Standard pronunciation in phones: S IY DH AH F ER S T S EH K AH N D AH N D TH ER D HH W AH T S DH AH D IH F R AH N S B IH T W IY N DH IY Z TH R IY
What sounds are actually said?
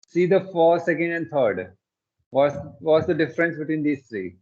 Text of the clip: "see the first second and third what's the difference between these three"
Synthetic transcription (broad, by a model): S IY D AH F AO T S EH K AH N D AH N D T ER D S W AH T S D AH D IH F R AH N S B IH T W IY N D IY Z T R IY